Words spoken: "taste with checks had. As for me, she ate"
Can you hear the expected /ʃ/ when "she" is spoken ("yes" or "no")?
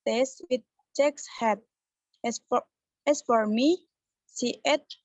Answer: no